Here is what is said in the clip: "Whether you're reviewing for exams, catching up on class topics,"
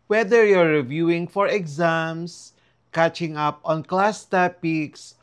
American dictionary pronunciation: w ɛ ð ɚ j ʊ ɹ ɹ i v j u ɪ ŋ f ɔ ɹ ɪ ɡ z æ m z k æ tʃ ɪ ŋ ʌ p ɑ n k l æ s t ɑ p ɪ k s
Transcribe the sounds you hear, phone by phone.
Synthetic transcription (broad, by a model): w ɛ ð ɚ j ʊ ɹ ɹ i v j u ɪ ŋ f ɔ ɹ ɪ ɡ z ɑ m s k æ tʃ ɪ ŋ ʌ p ɑ n k l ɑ s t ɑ p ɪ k s